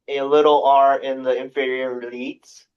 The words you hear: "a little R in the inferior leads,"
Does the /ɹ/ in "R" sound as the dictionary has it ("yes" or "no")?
yes